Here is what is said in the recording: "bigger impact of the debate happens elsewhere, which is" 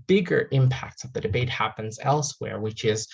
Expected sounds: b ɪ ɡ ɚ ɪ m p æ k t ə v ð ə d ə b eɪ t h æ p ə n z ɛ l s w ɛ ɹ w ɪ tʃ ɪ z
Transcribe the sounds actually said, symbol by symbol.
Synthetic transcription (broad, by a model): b ɪ ɡ ɚ ɪ m p æ k t ə v ð ə d ə b eɪ t h æ p ə n z ɛ l s w ɛ ɹ w ɪ tʃ ɪ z